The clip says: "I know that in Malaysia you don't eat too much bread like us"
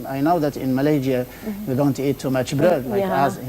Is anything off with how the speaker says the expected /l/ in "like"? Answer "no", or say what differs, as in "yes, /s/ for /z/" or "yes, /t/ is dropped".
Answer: yes, /w/ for /l/